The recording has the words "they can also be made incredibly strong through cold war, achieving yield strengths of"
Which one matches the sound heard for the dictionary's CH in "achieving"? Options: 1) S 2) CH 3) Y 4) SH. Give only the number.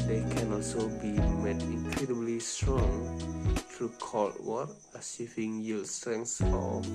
1